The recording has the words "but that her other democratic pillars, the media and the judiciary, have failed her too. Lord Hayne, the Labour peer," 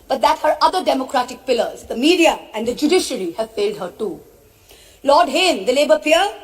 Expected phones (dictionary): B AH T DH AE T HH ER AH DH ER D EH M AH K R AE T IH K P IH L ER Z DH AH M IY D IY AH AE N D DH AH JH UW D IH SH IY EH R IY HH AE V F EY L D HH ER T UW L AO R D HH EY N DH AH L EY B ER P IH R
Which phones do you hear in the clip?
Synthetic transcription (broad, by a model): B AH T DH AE T HH ER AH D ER D EH M AH K R AE T IH K P IH L ER Z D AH M IY D IY AH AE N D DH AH JH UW D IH SH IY R IY HH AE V F EY L D HH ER T UW L AO R D HH EY N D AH L EY B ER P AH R